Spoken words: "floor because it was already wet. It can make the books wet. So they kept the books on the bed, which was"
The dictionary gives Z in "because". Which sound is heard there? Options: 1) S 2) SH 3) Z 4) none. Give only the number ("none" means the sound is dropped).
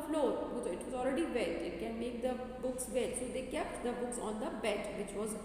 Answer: 4